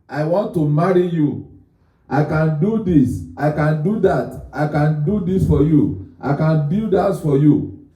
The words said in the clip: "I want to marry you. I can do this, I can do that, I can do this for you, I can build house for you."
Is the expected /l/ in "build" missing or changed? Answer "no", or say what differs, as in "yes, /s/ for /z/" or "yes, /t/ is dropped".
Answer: yes, /l/ is dropped